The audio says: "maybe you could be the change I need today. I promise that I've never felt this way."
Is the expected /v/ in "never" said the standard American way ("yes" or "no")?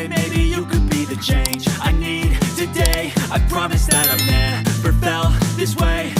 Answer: no